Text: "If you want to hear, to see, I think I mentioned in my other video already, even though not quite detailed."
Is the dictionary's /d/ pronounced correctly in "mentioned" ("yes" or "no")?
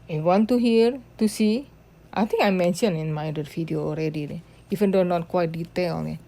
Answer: no